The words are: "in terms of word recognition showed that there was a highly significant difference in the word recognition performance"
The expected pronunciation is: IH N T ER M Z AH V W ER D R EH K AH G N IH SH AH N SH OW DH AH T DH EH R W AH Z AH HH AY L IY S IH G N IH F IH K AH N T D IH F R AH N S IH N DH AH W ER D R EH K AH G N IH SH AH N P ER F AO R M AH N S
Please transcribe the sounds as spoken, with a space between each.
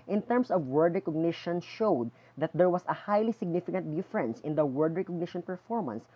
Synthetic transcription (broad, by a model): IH N T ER M S AH V W ER D R EH K AH G N IH SH AH N SH OW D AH T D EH R W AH S AH HH AY L IY S IH G N IH F IH K AH N T D IH F R AH N S IH N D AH W ER D R EH K AH G N IH SH AH N P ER F AO R M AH N S